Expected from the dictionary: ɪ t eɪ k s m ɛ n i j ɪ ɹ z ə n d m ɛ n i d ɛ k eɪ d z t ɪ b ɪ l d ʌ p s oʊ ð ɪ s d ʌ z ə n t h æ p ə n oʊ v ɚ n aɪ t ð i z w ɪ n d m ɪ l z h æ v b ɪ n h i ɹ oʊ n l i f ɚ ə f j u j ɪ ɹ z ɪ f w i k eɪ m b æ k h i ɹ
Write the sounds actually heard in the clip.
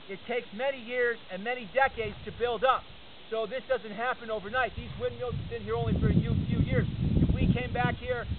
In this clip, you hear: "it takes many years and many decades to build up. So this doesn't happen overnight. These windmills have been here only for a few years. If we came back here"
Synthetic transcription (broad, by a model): ɪ t eɪ k s m ɛ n i j ɪ ɹ z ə n m ɛ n i d ɛ k eɪ d z t ɪ b ɪ l d ʌ p s oʊ ð ɪ s d ʌ z ə n t h æ p ə n oʊ v ɚ n aɪ t ð i z w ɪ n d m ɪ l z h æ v b ɪ n h i ɹ oʊ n l i f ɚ ə f j u j ɪ ɹ z ɪ f w i k eɪ m b æ k h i ɹ